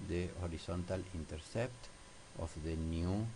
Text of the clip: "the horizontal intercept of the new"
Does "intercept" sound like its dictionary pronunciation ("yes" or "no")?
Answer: yes